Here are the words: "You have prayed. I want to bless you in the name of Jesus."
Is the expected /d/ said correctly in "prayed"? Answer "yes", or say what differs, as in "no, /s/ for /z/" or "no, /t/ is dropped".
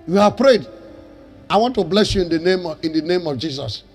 yes